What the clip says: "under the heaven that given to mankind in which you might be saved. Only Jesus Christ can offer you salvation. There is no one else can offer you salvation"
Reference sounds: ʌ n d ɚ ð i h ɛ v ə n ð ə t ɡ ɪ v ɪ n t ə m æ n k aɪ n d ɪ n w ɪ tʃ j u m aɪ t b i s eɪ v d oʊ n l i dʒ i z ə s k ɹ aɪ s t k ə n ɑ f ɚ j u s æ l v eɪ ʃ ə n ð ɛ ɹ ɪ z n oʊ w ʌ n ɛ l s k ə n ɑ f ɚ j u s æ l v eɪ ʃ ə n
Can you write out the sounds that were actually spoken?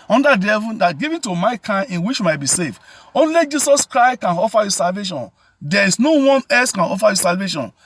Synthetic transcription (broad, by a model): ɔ n d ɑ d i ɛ v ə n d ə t ɡ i v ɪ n t ə m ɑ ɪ k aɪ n ɪ n w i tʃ j u m aɪ t b i s eɪ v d oʊ n l i dʒ i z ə s k ɹ aɪ s t k ə n ɑ f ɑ j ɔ s æ l v eɪ ʃ ə n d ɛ ɹ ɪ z n oʊ w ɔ n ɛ s k ə n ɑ f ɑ j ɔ s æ l v eɪ ʃ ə n